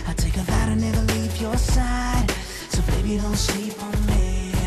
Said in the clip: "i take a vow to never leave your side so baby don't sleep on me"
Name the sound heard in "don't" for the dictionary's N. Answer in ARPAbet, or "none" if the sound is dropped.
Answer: L